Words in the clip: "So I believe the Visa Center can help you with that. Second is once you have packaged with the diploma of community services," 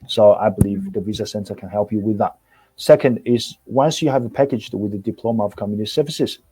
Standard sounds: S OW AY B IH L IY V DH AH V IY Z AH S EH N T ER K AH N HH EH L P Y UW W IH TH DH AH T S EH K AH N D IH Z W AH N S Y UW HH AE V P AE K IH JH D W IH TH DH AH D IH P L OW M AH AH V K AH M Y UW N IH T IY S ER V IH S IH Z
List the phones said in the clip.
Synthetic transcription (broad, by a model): S OW AY B IH L IY V DH AH V IY Z AH S EH N T ER K AH N HH EH L P Y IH W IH DH AH T S EH K AH N D IH Z W AH N S Y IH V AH P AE K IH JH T W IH DH AH D IH P L OW M AH AH V K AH M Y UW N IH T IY S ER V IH S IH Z